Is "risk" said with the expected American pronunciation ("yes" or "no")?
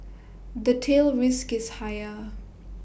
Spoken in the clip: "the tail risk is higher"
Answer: yes